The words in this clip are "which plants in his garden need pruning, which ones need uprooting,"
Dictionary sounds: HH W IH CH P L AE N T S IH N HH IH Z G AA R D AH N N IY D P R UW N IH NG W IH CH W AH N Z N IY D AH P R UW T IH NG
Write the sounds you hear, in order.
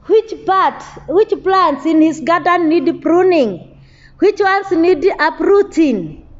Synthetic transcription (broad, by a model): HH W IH CH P L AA N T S IH N HH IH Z G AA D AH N N IY D P R UW N IH NG W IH CH W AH N S N IY D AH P R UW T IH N